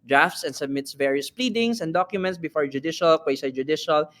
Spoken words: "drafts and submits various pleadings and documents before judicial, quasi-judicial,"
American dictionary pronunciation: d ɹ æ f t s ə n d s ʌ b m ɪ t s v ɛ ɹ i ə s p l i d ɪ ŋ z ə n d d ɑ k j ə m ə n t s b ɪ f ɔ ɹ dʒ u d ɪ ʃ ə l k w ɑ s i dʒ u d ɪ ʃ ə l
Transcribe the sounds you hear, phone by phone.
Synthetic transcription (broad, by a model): d ɹ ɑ f t s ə n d s ʌ b m ɪ t s v ɛ ɹ i ə s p l i d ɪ ŋ s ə n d d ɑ k j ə m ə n t s b ɪ f ɔ ɹ dʒ u d ɪ ʃ ə l k w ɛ s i dʒ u d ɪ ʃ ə l